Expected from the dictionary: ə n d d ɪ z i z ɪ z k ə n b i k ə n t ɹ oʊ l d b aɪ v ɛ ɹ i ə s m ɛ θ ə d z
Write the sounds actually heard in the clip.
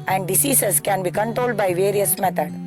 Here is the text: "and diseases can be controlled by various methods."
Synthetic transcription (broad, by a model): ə n d d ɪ s i s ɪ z k ə n b i k ə n t ɹ oʊ l d b aɪ v ɛ ɹ i ə s m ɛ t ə d